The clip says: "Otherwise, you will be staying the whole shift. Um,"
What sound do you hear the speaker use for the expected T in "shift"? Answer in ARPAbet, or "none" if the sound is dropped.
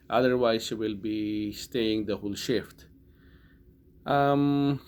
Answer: T